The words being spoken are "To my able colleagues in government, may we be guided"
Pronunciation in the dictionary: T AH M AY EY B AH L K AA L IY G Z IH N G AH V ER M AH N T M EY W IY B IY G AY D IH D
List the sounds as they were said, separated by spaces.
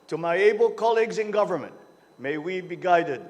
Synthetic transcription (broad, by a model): T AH M AY EY B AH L K AA L IY G Z IH N G AH V ER M AH N T M EY W IY B IY G AY D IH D